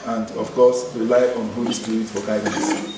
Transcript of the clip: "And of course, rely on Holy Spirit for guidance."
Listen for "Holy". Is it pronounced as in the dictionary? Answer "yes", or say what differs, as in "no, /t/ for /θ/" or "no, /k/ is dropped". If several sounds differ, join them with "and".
no, /l/ is dropped